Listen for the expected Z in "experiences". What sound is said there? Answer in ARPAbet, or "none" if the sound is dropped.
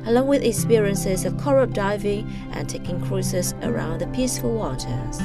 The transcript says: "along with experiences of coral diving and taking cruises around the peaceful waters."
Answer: Z